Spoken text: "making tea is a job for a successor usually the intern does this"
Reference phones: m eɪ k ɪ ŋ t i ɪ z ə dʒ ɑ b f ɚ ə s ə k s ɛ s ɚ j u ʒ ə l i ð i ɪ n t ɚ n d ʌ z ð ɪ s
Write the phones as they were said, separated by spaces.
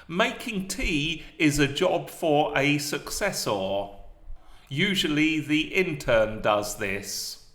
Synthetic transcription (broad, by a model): m eɪ k ɪ ŋ t i ɪ z ə dʒ ɑ b f ɚ ə s ə k s ɛ s ɚ j u ʒ ə l i ð i ɪ n t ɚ n d ʌ z ð ɪ s